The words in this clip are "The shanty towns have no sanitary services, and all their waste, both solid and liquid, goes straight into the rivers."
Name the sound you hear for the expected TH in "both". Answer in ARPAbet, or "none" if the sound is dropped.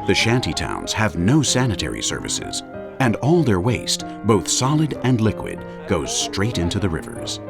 TH